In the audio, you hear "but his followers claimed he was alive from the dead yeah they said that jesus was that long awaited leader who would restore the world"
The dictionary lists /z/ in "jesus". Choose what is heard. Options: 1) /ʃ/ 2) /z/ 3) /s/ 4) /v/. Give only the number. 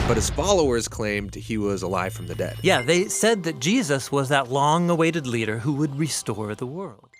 2